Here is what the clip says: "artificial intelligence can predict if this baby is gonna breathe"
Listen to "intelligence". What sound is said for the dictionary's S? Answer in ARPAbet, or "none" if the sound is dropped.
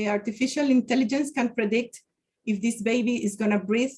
S